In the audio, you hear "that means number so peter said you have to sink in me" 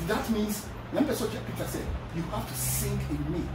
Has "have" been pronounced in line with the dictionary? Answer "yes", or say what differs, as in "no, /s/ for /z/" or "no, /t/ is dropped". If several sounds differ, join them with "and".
no, /f/ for /v/